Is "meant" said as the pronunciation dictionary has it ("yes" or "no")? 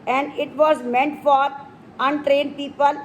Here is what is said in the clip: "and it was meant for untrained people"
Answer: yes